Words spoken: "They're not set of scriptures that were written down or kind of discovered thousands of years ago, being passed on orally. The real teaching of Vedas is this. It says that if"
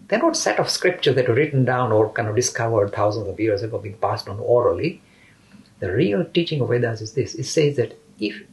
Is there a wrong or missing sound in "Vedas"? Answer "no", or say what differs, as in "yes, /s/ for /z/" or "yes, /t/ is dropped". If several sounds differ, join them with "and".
yes, /w/ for /v/